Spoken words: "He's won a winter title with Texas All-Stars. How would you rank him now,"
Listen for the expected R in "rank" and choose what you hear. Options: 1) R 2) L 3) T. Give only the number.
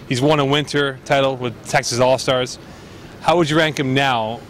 1